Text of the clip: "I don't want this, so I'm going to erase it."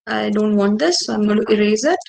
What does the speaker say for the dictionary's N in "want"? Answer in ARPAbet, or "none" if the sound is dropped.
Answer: N